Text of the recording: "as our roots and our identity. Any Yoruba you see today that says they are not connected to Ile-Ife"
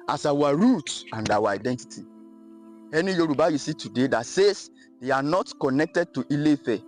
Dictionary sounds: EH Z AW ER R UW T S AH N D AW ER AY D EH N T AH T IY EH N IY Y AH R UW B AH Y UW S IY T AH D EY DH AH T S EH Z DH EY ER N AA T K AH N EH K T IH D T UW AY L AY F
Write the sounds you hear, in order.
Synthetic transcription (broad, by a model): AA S AW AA R UW T AH N D AW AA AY D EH N T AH T IY EH N IY Y AH R UW B AH Y UW S IY T AH D EY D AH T S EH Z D EY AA N AA T K AH N EH K T IH D T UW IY L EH F